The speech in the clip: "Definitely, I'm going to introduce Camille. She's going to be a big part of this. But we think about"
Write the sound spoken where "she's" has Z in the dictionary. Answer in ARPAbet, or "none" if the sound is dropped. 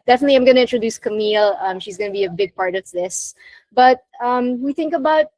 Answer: Z